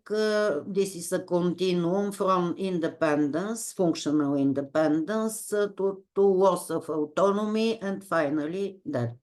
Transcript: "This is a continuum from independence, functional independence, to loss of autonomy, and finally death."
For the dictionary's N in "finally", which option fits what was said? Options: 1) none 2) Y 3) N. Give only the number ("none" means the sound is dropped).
3